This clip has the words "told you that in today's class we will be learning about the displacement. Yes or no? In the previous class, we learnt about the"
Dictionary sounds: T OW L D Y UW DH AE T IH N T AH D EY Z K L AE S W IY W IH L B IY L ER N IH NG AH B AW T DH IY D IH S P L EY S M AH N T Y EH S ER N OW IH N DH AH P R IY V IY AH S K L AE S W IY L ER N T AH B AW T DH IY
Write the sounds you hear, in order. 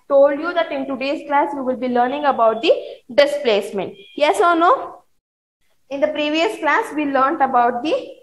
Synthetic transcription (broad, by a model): T OW L D Y UW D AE T IH N T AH D EY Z K L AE S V IY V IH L B IY L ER N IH NG AH B AW T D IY D IH S P L EY S M AH N T Y EH S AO N OW IH N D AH P R IY V IY AH S K L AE S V IY L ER N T AH B AW T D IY